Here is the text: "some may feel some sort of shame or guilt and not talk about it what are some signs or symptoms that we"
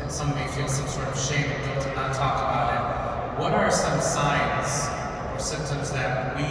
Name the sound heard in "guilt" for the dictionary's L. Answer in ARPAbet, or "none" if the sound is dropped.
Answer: N